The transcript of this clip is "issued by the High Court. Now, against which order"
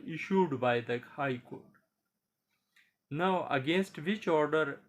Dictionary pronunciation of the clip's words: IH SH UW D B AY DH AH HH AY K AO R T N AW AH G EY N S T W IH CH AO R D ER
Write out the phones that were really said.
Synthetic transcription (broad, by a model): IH SH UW D B AY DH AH HH AY K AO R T N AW AH G EY N S T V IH CH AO R D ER